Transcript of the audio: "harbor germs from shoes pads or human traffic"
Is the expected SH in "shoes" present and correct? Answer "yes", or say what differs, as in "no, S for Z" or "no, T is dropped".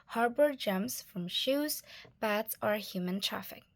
yes